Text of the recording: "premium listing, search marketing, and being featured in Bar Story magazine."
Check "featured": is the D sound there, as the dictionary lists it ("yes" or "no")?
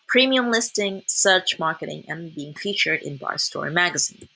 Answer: yes